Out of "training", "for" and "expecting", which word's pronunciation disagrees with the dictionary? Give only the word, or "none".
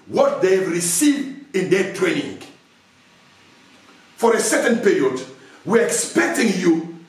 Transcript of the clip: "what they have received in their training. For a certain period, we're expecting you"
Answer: none